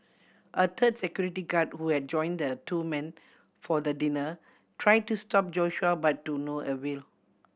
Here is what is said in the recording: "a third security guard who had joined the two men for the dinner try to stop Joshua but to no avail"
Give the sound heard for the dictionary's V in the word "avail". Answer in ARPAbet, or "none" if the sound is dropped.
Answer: W